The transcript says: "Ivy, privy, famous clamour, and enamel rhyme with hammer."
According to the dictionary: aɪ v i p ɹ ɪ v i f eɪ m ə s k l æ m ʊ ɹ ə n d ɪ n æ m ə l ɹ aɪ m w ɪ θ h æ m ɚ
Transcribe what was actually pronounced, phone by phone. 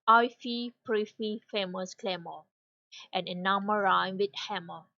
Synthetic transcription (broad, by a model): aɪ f i p ɹ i f i f eɪ m ə s k l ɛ m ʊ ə n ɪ n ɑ m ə ɹ aɪ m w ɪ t h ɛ m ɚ